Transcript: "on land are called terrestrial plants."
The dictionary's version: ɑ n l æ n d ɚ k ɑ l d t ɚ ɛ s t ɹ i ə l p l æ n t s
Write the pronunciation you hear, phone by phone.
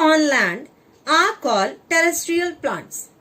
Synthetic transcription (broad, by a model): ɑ n l æ n d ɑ k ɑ l t ɚ ɛ s t ɹ i ə l p l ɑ n t s